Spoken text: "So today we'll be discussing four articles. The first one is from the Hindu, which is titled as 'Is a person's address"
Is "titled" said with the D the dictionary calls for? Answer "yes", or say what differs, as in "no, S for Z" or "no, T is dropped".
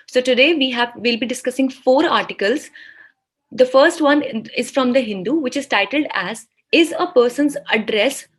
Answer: yes